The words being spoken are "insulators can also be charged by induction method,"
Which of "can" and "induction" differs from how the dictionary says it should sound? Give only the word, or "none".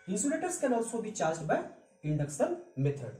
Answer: induction